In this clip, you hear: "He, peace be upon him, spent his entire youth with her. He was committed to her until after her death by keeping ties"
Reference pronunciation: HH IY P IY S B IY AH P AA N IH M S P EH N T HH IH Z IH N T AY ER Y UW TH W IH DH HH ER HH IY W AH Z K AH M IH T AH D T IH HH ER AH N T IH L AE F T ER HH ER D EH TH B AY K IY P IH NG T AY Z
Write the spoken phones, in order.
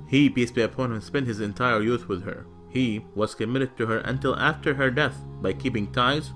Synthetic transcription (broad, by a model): HH IY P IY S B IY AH P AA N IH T S P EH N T HH IH Z IH N T AY ER Y UW TH W IH DH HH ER HH IY W AH Z K AH M IH T AH D T IH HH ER AH N T IH L AE F T ER HH ER D EH TH B AY K IY P IH NG T AY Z